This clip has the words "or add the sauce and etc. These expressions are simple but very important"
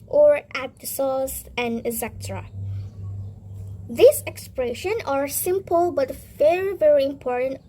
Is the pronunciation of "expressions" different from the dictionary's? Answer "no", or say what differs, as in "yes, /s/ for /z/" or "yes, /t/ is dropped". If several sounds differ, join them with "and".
yes, /z/ is dropped